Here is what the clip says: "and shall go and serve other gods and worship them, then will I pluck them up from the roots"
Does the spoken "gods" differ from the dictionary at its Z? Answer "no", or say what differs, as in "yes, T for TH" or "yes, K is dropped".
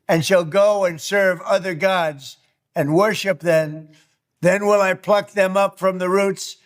no